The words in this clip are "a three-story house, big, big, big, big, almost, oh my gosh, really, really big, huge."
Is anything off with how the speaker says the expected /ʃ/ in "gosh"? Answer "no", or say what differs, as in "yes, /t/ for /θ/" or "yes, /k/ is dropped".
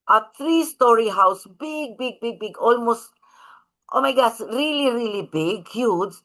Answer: yes, /s/ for /ʃ/